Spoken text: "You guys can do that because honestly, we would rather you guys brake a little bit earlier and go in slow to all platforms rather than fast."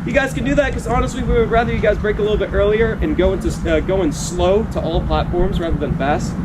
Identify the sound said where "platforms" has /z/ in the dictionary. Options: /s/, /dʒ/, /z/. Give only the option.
/z/